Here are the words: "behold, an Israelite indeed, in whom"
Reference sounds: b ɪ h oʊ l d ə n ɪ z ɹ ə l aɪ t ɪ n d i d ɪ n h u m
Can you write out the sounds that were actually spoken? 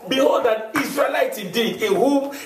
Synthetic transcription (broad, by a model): b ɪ h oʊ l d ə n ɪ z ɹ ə l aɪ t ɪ d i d ɪ n h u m